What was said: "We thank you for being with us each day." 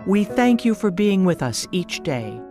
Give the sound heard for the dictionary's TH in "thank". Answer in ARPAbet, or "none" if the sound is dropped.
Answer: TH